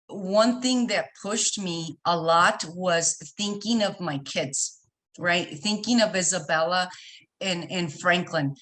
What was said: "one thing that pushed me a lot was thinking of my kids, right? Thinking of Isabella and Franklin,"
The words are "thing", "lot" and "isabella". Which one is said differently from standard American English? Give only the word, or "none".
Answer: none